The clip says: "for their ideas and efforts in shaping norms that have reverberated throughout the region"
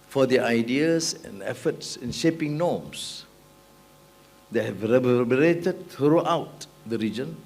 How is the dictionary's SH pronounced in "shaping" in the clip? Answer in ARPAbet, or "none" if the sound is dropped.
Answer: SH